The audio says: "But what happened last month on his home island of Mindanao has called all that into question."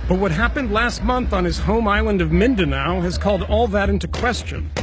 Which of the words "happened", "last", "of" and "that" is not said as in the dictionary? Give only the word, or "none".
none